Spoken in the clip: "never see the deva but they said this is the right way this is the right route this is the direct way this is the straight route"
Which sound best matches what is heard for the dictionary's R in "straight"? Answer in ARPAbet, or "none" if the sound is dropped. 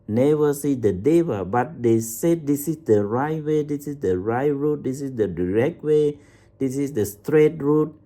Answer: R